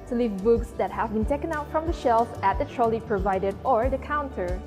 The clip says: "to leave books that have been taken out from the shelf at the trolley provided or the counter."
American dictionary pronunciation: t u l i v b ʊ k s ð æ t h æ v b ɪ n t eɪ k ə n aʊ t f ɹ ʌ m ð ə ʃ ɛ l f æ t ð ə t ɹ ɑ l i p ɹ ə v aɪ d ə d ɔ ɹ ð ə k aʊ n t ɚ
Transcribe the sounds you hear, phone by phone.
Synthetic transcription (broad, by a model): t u l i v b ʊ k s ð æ t h æ v b ɪ n t eɪ k ə n aʊ t f ɹ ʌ m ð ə ʃ ɛ l f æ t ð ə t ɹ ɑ l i p ɹ ə v aɪ d ə d ɔ ɹ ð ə k aʊ n t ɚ